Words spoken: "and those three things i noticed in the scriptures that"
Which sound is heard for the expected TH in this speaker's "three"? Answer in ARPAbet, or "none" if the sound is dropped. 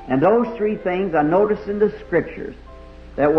TH